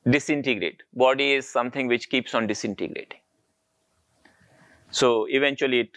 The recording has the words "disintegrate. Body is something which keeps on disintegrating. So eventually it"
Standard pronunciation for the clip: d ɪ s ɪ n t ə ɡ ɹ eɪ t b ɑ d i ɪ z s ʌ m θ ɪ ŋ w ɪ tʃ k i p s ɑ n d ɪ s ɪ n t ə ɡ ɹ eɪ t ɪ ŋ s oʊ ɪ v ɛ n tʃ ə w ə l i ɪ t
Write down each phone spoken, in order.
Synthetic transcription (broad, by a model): d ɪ s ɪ n t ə ɡ ɹ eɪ t b ɑ d i ɪ z s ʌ m t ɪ ŋ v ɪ tʃ k i p s ɑ n d ɪ s ɪ n t ə ɡ ɹ eɪ t ɪ ŋ s oʊ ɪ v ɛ n tʃ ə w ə l i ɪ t